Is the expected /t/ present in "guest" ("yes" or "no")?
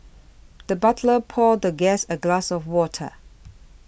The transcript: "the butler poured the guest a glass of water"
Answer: no